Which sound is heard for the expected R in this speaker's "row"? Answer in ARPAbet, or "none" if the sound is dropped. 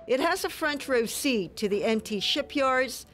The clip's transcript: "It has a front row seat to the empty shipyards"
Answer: R